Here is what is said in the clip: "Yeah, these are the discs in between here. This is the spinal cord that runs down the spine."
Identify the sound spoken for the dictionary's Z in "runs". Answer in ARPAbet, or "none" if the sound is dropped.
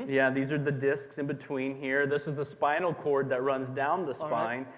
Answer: Z